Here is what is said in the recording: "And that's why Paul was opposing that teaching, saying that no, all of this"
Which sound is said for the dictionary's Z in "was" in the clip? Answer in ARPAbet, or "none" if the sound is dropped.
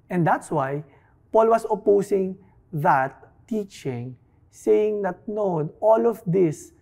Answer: S